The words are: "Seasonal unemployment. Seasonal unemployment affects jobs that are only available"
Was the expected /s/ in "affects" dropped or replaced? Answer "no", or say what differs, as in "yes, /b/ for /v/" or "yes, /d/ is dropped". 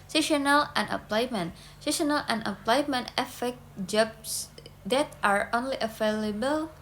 yes, /s/ is dropped